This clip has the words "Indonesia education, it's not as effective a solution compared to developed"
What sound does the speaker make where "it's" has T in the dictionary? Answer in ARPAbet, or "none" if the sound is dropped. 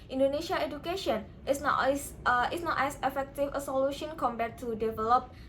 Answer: S